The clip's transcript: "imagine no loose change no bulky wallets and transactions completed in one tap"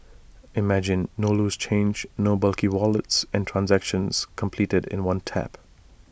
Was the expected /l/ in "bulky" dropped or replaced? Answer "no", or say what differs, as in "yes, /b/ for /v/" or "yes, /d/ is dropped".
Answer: no